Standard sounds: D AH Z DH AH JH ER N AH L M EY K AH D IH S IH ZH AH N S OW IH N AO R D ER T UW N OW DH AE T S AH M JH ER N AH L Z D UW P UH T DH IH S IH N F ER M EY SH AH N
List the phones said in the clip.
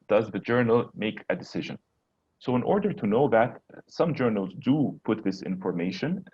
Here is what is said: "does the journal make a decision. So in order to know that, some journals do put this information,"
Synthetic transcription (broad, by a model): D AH Z DH AH JH ER N AH L M EY K AH D IH S IH ZH AH N S OW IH N AO R D ER T UW N OW DH AE T S AH M JH ER N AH L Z D UW P UH T DH IH S IH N F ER M EY SH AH N